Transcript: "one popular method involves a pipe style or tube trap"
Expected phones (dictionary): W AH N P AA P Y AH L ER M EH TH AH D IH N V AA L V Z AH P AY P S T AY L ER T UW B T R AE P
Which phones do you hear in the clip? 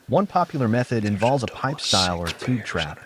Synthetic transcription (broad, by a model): W AH N P AA P Y L ER M EH TH AH D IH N V AA L V Z AH P AY P S T AY L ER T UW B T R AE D